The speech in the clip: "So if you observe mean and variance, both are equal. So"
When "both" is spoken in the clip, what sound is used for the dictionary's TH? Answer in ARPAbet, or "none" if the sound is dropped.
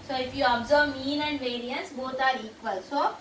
T